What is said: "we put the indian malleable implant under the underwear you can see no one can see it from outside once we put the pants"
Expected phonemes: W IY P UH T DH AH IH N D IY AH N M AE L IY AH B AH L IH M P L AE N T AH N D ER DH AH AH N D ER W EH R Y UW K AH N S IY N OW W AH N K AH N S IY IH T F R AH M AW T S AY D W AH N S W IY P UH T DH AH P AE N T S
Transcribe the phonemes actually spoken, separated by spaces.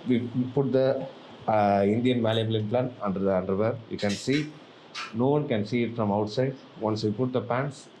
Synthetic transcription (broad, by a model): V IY P UH T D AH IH N D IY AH N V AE L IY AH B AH L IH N P L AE N AH N D ER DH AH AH N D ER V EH R Y UW K AH N S IY N OW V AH N K AH N S IY IH T F R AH M AW T S AY D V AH N S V IY P UH T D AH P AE N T S